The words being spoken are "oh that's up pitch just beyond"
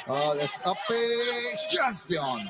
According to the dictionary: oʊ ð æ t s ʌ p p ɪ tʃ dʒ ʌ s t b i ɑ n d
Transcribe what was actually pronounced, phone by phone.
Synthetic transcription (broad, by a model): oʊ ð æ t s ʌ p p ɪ s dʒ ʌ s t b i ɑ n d